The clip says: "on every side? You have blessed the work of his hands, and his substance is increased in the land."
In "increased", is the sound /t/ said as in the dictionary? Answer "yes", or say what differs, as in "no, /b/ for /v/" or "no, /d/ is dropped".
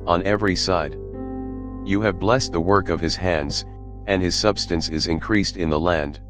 yes